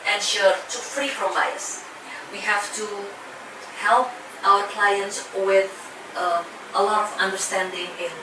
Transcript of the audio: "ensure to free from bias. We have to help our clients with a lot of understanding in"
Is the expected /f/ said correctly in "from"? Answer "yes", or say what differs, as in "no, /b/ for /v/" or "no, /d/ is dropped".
no, /p/ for /f/